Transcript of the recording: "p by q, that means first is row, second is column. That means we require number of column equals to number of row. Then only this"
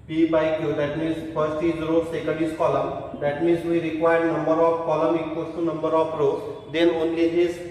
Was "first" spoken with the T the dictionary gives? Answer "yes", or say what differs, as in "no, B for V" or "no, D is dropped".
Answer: no, T is dropped